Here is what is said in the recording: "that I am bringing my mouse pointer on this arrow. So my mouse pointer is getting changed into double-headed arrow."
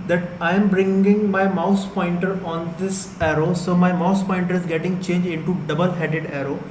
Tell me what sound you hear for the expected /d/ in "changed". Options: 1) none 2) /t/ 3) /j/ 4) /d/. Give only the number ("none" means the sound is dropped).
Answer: 1